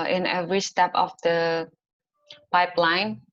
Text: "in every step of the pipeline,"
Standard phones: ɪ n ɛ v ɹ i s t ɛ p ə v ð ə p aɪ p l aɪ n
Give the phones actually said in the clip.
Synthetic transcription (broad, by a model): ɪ n ɛ v ɹ i s t ɛ p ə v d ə p aɪ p l aɪ n